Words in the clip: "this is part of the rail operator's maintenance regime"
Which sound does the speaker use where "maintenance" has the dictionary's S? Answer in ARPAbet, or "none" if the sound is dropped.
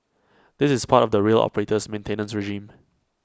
S